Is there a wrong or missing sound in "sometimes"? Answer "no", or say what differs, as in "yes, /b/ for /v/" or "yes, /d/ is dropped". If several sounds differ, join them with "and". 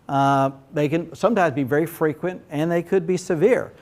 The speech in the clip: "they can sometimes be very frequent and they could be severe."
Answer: no